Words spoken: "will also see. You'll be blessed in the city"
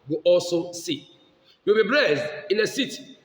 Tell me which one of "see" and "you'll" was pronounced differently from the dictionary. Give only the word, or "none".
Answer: you'll